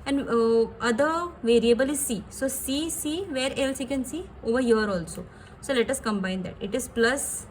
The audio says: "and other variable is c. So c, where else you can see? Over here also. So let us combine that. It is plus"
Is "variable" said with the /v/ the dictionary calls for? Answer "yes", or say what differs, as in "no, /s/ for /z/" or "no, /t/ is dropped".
yes